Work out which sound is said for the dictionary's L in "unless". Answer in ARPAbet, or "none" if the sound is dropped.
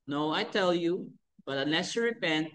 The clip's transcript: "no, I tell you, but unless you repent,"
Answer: none